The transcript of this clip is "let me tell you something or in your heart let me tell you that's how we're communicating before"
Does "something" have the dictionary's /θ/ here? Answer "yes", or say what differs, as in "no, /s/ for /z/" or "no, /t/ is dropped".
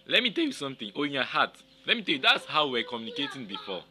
no, /t/ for /θ/